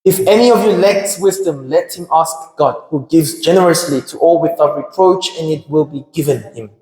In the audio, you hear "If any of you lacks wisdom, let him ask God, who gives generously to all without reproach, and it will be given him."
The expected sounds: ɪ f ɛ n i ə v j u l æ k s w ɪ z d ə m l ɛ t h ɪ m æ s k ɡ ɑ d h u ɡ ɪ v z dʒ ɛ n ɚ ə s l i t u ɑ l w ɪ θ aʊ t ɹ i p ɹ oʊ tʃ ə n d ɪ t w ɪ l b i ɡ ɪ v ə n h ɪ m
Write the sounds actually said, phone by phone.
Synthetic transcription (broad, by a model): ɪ f ɛ n i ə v j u l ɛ k s w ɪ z d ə m l ɛ t h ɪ m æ s k ɡ ɑ d h u ɡ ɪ v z dʒ ɛ n ɚ ə s l i t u ɑ l w ɪ θ aʊ t ɹ i p ɹ oʊ tʃ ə n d ɪ t w ɪ l b i ɡ ɪ v ə n h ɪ m